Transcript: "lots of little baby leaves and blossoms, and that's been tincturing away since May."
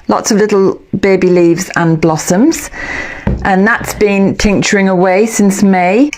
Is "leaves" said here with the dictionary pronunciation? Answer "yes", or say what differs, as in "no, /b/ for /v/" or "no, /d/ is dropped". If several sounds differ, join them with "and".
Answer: yes